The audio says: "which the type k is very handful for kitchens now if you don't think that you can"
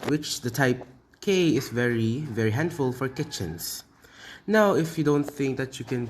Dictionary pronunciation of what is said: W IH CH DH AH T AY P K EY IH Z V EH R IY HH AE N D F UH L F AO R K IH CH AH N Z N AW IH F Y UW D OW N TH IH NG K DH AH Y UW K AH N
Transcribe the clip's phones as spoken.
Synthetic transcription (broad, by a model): W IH CH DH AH T AY P K EY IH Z V EH R IY HH AE N D F UH L F AO R K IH CH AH N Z N AW IH F Y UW D OW N TH IH NG K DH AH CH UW K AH N